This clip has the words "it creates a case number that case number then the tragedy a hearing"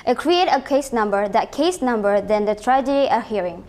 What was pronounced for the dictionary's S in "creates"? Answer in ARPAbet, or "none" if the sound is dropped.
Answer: none